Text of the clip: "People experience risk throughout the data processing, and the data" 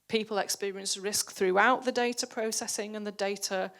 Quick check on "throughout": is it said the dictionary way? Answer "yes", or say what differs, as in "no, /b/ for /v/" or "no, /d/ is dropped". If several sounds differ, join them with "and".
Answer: yes